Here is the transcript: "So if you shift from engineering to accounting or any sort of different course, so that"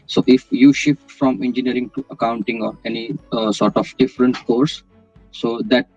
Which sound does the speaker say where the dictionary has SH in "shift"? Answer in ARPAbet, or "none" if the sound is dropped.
SH